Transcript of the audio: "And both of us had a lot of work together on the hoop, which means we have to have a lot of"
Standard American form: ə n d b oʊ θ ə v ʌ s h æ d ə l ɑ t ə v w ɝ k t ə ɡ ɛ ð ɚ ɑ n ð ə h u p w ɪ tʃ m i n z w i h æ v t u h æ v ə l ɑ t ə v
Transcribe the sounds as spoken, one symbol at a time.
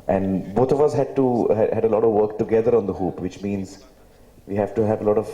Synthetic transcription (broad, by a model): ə n d b oʊ t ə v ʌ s h æ d ə l ɑ t ə v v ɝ k t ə ɡ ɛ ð ɚ ɑ n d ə h u p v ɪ tʃ m i n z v i h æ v t u h æ v ə l ɑ t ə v